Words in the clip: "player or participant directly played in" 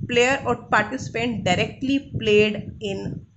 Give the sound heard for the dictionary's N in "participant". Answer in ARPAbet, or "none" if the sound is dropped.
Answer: N